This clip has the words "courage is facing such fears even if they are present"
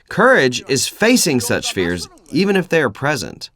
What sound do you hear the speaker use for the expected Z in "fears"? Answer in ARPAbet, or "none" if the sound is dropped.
Z